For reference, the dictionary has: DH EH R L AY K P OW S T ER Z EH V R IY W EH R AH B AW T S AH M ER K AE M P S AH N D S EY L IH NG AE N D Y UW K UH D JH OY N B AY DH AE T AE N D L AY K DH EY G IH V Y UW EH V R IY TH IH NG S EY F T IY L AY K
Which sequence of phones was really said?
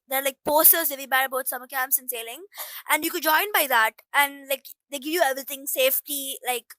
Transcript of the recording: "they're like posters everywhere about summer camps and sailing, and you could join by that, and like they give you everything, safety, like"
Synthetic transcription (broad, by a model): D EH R L AY K P OW S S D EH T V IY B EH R AH B AW T S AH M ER K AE M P S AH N S EY L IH NG AE N D Y UW K UH D JH OY N B AY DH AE T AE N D L AY K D EY G IH V Y UW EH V R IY T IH NG S EY F T IY L AY K